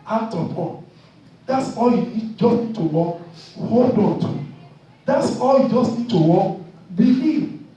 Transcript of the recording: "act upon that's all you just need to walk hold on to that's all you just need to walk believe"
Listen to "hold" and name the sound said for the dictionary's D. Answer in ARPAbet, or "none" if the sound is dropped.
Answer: D